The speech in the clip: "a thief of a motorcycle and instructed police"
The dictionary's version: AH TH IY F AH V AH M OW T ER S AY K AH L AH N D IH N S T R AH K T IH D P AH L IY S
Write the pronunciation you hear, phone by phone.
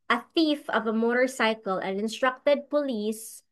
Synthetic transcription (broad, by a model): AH TH IY F AH V AH M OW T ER S AY K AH L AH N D IH N S T R AH K T IH D P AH L IY S